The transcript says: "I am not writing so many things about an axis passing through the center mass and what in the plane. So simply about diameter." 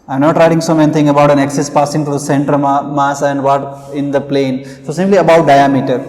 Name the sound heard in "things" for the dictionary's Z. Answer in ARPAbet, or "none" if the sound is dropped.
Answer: none